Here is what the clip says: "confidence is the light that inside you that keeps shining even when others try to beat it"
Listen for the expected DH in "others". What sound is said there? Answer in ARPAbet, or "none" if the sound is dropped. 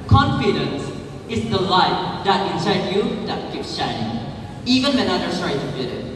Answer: none